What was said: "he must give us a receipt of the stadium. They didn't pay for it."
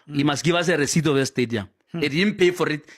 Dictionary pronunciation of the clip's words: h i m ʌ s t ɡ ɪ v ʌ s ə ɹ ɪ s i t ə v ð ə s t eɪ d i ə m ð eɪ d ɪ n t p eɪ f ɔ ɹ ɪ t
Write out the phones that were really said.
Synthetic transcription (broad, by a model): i m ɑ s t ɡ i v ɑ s ə ɹ ɪ s i t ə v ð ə s t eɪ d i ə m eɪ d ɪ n p eɪ f ɔ ɹ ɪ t